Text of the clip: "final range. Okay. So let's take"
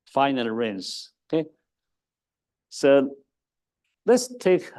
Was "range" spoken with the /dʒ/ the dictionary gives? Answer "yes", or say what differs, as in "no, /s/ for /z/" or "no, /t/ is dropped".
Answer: no, /z/ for /dʒ/